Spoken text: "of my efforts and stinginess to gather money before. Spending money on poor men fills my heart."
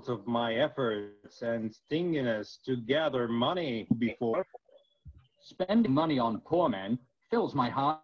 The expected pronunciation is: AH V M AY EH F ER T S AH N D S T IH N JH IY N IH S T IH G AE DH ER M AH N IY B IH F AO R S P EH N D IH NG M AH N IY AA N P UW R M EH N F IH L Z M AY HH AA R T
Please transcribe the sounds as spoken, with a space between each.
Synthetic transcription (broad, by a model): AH V M AY EH F ER T S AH N S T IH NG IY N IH S T IH G AE DH ER M AH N IY B IH F AO R S P EH N D IH NG M AH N IY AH N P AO R M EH N F IH L Z M AY HH AA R